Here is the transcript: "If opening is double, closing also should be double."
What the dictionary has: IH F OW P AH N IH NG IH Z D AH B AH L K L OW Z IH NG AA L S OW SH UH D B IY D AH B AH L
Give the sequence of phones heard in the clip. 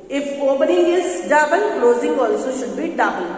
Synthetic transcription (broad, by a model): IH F OW B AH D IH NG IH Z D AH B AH N K L OW Z IH NG AA L S OW SH UH D B IY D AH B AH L